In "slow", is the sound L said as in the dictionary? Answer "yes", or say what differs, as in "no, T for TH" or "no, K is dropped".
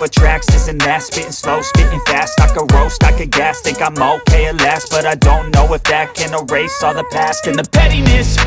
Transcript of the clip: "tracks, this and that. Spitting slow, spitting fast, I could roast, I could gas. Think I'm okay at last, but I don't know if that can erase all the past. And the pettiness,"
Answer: yes